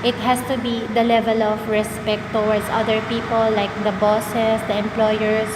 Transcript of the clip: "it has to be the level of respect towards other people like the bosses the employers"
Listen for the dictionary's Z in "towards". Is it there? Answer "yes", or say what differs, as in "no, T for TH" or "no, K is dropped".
no, S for Z